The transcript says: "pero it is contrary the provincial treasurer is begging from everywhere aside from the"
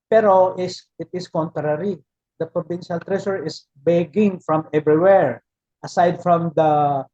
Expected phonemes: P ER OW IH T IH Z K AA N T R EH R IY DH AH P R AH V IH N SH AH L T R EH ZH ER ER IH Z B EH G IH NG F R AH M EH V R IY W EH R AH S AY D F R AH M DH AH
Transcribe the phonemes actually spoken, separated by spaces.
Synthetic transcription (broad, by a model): P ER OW IH T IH S K AA N T R EH R IY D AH P R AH B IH N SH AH L T R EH SH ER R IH S B EH G IH NG F R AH M EH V R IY W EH R AH S AY D F R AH M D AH